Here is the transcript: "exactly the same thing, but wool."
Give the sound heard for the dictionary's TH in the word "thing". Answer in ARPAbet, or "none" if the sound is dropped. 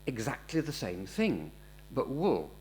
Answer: TH